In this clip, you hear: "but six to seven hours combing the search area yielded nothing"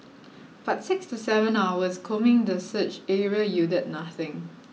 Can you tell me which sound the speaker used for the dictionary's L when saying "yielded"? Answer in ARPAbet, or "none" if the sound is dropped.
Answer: none